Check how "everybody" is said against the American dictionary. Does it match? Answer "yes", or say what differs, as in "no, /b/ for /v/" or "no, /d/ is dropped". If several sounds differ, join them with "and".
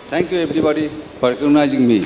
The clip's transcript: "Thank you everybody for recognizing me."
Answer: no, /b/ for /v/